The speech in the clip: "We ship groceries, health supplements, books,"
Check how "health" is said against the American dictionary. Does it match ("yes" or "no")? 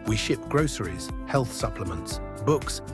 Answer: yes